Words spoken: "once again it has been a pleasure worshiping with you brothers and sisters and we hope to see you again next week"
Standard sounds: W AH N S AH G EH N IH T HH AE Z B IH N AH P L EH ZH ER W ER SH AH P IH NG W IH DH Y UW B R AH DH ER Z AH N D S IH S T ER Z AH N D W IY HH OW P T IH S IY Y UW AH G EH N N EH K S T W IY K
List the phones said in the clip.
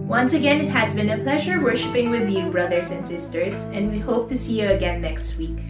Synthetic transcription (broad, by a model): W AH N S AH G EH N IH T HH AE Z B IH N AH P L EH ZH ER W ER SH AH P IH NG W IH DH Y UW B R AH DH ER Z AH N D S IH S T ER Z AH N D W IY HH OW P T IH S IY Y UW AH G EH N N EH K S T W IY K